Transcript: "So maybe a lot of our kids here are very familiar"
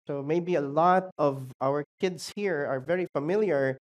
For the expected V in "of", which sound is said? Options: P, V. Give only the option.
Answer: V